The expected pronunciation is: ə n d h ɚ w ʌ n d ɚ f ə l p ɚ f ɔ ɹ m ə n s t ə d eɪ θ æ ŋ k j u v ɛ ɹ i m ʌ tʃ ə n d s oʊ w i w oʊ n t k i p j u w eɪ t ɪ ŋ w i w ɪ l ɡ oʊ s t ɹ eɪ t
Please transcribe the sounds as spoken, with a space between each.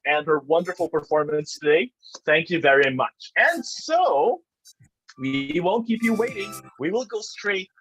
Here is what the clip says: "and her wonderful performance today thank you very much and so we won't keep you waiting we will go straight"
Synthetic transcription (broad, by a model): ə n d h ɚ w ʌ n d ɚ f l p ɚ f ɔ ɹ m ə n s t ə d eɪ θ æ ŋ k j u v ɛ ɹ i m ʌ tʃ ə n s oʊ w i w oʊ n k i p j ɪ w eɪ t ɪ ŋ w i w ɪ l ɡ oʊ s t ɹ eɪ t